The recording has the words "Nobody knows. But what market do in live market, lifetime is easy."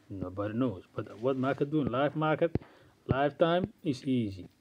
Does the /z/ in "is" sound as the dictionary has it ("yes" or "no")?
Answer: no